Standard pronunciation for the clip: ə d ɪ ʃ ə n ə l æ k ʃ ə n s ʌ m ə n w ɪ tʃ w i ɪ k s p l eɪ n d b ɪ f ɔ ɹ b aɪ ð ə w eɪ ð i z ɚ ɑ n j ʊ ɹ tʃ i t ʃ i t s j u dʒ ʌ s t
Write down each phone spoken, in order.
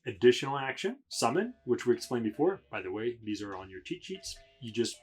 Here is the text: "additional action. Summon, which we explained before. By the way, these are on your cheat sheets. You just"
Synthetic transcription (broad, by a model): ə d ɪ ʃ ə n l æ k ʃ ə n s ʌ m ə n w ɪ tʃ w i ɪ k s p l eɪ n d b ɪ f ɔ ɹ b aɪ ð ə w eɪ ð i z ɚ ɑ n j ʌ ɹ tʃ i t ʃ i t s j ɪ dʒ ʌ s t